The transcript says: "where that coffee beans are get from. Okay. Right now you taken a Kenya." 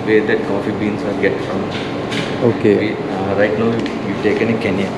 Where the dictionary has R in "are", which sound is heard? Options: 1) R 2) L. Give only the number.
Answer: 2